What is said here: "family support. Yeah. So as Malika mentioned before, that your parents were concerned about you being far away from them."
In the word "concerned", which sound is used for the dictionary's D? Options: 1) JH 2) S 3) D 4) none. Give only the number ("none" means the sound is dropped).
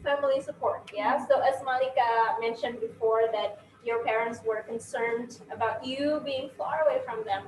3